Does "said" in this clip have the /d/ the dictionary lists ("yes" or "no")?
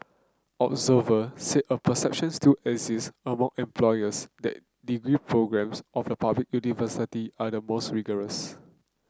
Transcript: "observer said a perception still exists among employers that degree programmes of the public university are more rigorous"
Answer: no